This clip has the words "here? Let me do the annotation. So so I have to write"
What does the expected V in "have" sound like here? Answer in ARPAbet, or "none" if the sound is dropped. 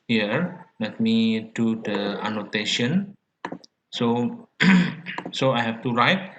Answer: F